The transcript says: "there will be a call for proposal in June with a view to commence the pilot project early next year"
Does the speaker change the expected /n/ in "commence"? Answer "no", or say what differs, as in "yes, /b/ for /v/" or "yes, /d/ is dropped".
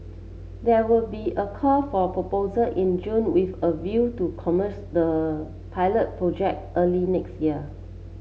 yes, /n/ is dropped